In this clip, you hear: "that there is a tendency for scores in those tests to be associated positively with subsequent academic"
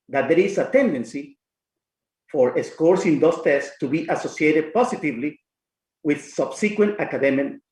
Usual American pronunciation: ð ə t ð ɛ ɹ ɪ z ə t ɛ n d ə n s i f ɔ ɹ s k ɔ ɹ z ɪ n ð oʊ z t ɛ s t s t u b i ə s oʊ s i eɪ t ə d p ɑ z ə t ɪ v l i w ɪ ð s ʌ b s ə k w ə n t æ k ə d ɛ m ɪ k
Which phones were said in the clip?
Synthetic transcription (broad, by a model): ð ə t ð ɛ ɹ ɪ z ə t ɛ n d ə n s i f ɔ ɹ s k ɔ ɹ s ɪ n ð oʊ s t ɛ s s t u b i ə s oʊ s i eɪ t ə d p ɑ s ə t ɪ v l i w ɪ ð s ʌ b s ə k w ə n t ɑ k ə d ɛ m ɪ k